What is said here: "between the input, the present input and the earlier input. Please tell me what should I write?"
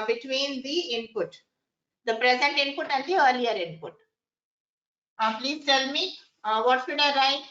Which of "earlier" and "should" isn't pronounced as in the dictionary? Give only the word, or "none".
should